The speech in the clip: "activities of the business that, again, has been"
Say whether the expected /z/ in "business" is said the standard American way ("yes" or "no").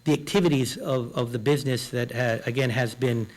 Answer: yes